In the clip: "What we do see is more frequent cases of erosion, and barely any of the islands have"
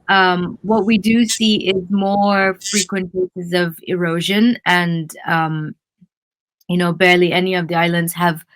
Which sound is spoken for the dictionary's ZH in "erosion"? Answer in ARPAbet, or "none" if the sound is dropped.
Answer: ZH